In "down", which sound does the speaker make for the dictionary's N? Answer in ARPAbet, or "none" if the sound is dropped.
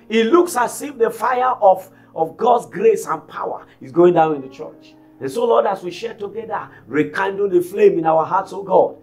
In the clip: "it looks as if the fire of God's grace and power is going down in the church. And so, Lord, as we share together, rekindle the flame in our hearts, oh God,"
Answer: N